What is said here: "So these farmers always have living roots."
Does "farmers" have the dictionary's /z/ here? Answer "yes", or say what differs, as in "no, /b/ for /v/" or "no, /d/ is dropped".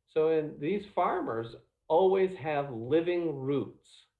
yes